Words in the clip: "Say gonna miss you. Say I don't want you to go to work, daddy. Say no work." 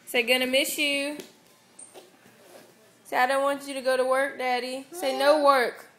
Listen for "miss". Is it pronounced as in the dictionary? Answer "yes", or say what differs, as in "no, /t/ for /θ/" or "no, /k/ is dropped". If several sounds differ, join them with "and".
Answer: no, /ʃ/ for /s/